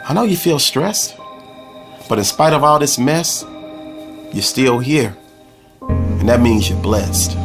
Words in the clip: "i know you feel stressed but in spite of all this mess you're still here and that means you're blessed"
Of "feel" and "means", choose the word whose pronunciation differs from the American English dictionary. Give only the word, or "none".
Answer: none